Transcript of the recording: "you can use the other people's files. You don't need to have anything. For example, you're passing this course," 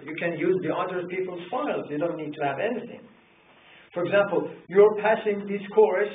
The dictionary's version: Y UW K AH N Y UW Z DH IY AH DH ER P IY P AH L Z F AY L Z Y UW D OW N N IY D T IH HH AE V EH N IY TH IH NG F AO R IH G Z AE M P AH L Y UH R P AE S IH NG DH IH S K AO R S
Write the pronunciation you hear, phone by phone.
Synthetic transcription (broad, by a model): Y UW K AH N Y UW Z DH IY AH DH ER P IY P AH L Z F AY L Z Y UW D OW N N IY D T IH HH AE V EH N IY TH IH NG F AO R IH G Z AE M P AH L Y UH R P AE S IH NG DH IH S K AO R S